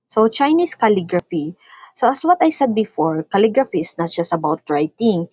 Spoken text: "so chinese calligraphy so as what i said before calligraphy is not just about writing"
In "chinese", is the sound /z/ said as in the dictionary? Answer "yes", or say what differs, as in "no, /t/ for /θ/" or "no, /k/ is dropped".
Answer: no, /s/ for /z/